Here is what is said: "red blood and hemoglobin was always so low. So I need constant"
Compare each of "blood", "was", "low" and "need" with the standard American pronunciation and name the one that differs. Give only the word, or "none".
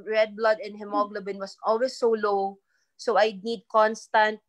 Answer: was